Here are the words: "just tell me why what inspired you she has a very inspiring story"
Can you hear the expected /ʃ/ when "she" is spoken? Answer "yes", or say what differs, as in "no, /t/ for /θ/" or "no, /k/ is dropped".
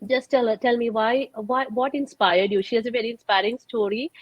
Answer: yes